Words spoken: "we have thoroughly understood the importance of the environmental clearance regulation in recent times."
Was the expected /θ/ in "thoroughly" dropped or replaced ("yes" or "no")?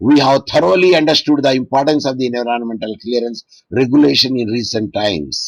yes